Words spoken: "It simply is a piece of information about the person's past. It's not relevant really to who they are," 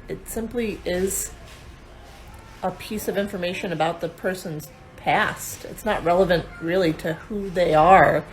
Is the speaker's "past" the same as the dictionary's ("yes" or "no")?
yes